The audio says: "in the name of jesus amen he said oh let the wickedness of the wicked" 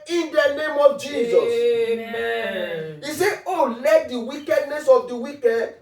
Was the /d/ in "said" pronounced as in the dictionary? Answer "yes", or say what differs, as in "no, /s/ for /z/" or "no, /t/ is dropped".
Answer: no, /d/ is dropped